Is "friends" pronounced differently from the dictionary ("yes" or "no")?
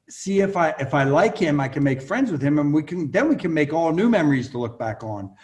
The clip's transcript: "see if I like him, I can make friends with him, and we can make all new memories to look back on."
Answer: no